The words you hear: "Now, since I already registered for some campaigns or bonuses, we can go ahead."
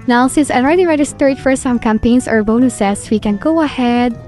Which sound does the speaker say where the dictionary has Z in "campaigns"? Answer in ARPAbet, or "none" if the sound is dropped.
S